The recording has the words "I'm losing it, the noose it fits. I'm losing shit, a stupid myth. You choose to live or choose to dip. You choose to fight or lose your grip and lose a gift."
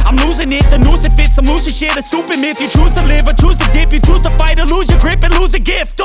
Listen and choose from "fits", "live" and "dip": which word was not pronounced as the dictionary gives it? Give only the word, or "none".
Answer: none